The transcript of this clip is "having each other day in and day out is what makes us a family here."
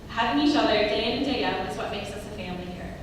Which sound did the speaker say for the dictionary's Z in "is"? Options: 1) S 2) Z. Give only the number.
1